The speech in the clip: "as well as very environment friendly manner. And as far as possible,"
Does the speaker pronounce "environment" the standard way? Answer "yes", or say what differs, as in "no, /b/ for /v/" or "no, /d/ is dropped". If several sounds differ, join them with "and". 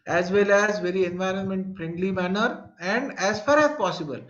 yes